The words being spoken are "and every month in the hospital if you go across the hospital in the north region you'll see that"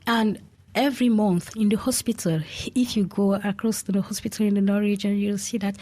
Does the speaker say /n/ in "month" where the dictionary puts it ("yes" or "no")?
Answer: yes